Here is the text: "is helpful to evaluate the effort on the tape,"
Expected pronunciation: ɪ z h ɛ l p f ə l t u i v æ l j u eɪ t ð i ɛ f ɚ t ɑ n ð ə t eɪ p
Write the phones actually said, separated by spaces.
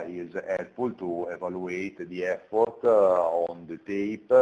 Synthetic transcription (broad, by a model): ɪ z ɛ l p ə l t u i v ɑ l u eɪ t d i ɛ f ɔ t ɑ n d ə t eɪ p